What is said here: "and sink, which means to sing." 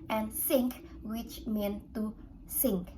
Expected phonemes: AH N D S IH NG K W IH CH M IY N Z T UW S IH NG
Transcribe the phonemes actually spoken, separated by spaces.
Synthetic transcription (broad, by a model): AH N S IH NG K W IH CH M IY N T UW S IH NG